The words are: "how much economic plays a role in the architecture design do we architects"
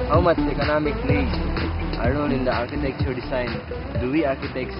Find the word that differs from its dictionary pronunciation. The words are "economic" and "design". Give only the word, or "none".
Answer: design